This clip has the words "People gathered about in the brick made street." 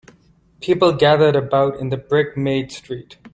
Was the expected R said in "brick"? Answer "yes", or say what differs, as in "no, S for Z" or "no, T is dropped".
yes